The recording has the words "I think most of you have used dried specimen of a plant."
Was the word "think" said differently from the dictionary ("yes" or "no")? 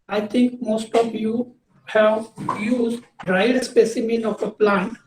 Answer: yes